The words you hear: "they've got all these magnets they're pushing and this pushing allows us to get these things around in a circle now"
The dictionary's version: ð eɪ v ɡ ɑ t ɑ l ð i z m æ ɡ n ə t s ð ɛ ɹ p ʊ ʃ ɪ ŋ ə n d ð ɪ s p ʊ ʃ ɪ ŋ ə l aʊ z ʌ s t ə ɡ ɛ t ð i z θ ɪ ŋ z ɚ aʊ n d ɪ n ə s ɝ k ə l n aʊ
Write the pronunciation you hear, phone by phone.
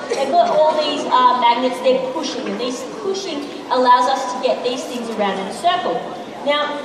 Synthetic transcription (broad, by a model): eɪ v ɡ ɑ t ɑ l ð i z m æ ɡ n ə t s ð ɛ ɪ p ʊ ʃ ɪ ŋ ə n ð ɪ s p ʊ ʃ ɪ ŋ ə l aʊ z ʌ s t ə ɡ ɛ t ð i z θ ɪ ŋ z ɚ aʊ n d ɪ n ə s ɝ k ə l n aʊ